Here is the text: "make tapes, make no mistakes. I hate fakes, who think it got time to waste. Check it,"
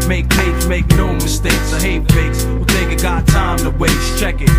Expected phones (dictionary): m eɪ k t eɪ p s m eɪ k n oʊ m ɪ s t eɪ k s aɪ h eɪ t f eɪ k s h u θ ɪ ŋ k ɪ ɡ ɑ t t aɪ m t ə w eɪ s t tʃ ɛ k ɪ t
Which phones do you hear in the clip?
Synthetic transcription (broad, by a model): m eɪ k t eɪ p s m eɪ k n oʊ m ɪ s t eɪ k s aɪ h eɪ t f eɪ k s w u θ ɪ k ɪ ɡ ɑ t t aɪ m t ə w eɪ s tʃ ɛ k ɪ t